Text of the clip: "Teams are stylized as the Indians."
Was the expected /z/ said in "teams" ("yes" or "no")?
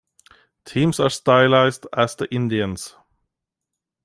no